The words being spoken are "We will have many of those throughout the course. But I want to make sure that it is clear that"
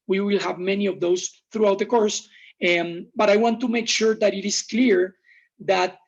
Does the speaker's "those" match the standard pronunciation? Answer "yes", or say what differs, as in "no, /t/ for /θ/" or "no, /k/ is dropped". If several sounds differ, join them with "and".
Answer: no, /s/ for /z/